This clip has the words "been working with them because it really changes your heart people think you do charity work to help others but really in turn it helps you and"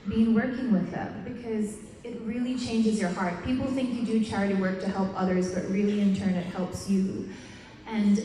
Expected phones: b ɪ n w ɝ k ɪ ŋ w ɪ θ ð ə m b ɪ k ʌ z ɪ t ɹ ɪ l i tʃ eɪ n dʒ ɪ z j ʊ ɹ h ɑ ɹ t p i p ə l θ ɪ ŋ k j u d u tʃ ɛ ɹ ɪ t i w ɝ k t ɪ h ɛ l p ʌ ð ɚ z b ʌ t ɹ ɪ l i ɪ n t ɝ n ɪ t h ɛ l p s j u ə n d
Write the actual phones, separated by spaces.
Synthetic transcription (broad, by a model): b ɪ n w ɝ k ɪ ŋ w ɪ ð ə m b ɪ k ʌ z ɪ t ɹ ɪ l i tʃ eɪ n dʒ ɪ z j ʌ ɹ h ɑ ɹ t p i p l θ ɪ ŋ k j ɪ d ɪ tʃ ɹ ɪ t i w ɝ k t ɪ h ɛ l p ʌ ð ɚ z b ʌ t ɹ ɪ l i ɪ n t ɝ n ɪ t h ɛ l p s j u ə n